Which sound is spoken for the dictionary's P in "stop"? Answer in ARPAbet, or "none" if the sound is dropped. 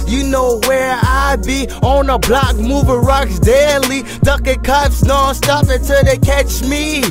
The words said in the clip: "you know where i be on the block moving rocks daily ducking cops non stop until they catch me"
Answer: F